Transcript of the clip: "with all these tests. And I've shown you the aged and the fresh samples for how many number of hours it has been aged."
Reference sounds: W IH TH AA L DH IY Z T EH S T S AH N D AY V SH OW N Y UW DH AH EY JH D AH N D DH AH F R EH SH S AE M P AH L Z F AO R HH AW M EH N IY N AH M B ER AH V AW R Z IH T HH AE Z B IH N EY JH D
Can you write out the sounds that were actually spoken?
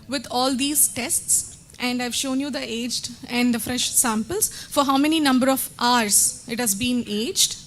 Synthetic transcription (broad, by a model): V IH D AA L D IY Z T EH S T S AH N D AY V SH OW N Y UW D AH EY JH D AH N D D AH F R EH SH S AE M P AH L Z F AO R HH AW M EH N IY N AH M B ER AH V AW R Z IH T HH AE Z B IH N EY JH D